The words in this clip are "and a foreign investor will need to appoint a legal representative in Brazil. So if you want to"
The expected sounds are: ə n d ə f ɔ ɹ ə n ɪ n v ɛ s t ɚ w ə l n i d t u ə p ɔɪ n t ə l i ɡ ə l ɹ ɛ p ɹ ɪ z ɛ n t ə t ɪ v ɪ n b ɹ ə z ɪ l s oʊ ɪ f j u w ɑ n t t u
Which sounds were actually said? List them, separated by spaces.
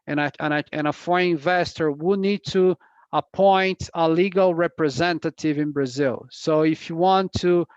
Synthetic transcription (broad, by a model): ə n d ə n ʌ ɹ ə ɪ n v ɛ s t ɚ w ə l n i d t u ə p ɔɪ n t ə l i ɡ ə l ɹ ɛ p ɹ ɪ z ɛ n t ə t ɪ v ɪ n b ɹ ə z ɪ l s oʊ ɪ f j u w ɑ n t t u